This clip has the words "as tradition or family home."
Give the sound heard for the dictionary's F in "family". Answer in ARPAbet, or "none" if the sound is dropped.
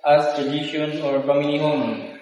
P